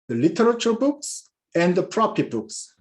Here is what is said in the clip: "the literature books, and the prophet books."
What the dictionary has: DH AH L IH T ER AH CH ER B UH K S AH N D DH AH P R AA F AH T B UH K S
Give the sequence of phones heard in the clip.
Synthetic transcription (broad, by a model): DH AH L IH T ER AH CH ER B UH K S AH N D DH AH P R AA P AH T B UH K S